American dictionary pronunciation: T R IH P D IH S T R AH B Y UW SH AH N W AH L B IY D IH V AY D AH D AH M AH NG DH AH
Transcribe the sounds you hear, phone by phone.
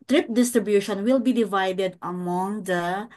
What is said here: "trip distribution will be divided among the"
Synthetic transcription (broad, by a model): T R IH P D IH S T R AH B Y UW SH AH N W AH L B IY D IH V AY D AH D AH M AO NG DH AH